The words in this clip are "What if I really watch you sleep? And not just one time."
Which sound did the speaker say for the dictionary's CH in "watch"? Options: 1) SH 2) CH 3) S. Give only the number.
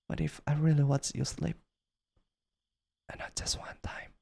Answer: 3